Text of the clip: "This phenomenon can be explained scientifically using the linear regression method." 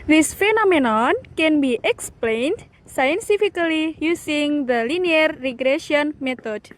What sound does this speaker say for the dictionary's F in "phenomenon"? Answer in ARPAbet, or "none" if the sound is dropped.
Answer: F